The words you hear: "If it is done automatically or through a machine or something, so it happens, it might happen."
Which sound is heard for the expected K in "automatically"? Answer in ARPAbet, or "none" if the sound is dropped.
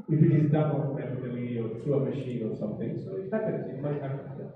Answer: none